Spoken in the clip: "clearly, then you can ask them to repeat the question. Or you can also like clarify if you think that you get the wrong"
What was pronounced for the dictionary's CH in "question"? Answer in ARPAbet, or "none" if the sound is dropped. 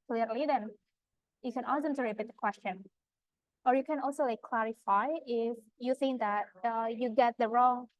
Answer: CH